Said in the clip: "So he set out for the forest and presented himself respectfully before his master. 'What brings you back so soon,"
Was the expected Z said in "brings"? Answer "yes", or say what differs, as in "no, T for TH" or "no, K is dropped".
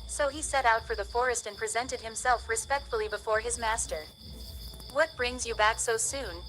yes